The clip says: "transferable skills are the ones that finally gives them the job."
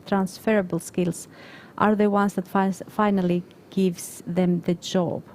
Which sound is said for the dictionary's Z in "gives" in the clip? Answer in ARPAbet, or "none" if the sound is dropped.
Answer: S